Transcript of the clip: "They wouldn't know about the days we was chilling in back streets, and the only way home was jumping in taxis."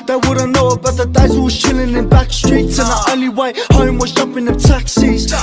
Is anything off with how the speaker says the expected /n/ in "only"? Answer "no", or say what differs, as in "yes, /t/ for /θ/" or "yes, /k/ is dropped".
yes, /n/ is dropped